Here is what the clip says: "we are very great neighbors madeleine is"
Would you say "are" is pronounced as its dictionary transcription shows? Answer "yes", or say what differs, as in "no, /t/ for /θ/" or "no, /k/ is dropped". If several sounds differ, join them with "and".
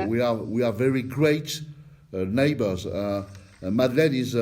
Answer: no, /w/ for /ɹ/